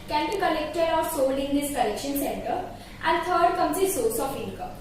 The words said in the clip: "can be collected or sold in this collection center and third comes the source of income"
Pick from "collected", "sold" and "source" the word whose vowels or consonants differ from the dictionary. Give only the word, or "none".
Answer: sold